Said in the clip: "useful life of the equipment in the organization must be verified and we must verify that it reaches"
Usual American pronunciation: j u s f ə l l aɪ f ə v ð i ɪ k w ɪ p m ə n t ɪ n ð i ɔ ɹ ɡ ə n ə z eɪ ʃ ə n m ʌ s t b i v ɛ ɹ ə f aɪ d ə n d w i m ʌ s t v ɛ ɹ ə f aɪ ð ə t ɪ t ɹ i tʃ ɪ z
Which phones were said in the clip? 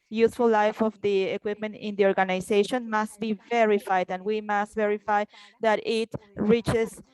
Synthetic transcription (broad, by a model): j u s f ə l l aɪ f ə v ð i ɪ k w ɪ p m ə n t ɪ n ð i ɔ ɹ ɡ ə n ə s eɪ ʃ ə n m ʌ s t b i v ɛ ɹ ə f aɪ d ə n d w i m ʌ s t v ɛ ɹ ə f aɪ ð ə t ɪ t ɹ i tʃ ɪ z